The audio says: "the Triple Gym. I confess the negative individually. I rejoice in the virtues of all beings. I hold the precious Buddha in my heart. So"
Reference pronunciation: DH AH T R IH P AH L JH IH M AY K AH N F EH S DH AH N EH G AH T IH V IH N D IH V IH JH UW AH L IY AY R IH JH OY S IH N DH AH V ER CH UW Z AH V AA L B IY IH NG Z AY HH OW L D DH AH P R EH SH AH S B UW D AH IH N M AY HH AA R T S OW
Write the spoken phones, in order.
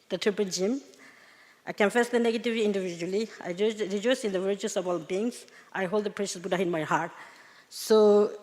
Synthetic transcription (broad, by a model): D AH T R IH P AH N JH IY M AY K AH N F EH S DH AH N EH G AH T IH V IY N D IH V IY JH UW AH L IY AY R IH JH OY S IH N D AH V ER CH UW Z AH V AA L B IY NG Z AY HH OW L D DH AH P R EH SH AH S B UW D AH IH N M AY HH AA R T S OW